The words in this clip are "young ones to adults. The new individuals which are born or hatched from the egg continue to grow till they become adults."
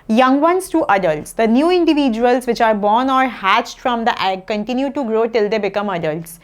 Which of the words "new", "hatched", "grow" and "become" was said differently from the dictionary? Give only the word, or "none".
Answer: none